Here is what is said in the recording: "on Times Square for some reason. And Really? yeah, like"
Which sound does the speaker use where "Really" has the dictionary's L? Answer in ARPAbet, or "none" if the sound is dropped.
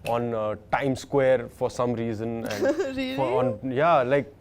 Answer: none